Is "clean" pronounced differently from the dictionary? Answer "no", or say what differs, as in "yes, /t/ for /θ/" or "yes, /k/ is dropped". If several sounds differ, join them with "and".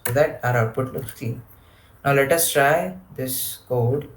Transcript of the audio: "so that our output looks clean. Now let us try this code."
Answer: yes, /l/ is dropped